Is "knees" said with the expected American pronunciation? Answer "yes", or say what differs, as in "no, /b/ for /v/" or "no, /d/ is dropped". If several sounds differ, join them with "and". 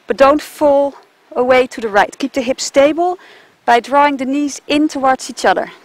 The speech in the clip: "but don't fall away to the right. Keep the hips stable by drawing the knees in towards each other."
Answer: yes